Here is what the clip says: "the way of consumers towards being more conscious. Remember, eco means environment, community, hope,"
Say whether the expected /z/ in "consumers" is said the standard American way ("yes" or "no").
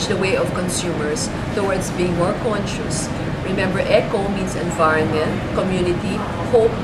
no